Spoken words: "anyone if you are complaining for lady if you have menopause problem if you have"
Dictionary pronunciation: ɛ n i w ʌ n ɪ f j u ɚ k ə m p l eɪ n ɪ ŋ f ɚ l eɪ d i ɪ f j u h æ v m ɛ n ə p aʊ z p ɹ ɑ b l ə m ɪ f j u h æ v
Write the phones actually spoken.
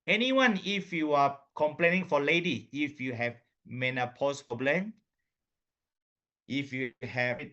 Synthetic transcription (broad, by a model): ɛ n i w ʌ n ɪ f j u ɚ k ə m p l eɪ n ɪ ŋ f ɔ l eɪ d i ɪ f j u h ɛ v m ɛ n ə p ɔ s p ɑ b l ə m ɪ f j u h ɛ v